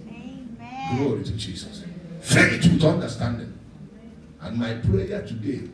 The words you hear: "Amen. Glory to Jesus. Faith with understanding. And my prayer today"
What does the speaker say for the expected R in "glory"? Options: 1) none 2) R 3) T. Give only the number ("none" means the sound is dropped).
2